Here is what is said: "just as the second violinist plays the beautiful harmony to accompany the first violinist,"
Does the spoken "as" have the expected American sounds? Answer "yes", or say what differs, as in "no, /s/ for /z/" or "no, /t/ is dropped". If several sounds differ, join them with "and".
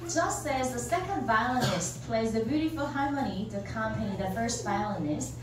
yes